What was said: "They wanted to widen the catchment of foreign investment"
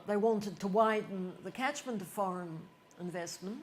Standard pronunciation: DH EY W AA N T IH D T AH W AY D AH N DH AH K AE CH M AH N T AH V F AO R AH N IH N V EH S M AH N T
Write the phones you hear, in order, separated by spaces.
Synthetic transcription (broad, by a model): DH EY W AA N T IH D T AH W AY D N DH AH K AE CH M AH N T AH V F AO R AH N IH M V EH S M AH N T